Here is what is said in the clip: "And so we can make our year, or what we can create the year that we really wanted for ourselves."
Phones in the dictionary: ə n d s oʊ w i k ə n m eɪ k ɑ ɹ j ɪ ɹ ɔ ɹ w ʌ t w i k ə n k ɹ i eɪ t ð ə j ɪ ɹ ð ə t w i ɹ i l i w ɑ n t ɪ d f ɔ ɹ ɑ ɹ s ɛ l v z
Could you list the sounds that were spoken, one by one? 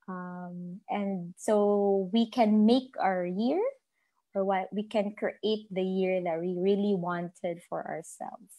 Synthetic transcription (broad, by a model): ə n d s oʊ w i k ə n m eɪ k ɑ ɹ j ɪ ɹ ɔ ɹ w ʌ t w i k ə n k ɹ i eɪ t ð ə j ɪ ɹ ð ə t w i ɹ i l i w ɑ n t ɪ d f ɔ ɹ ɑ ɹ s ɛ l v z